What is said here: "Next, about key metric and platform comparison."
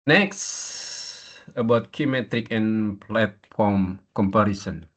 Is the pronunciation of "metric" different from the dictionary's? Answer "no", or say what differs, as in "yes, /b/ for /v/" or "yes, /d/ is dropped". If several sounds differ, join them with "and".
no